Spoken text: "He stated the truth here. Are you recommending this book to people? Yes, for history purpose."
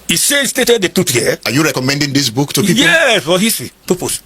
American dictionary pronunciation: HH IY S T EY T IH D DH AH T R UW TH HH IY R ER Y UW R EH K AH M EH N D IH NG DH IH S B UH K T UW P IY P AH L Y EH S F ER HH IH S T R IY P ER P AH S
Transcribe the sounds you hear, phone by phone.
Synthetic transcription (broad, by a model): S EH S T EY T IH D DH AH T UW T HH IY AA Y UW R EH K AH M EH N D IH NG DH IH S B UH K T UW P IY Y EH S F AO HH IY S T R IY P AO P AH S